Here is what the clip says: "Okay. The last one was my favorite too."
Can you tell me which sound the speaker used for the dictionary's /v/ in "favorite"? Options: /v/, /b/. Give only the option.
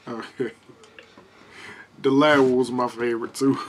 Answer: /v/